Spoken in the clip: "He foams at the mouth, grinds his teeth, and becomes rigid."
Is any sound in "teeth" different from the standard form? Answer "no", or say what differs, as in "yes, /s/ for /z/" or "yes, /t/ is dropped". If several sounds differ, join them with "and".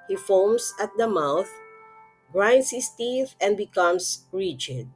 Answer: no